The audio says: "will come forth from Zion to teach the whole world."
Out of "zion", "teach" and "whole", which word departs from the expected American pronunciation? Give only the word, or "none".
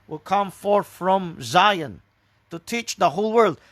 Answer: none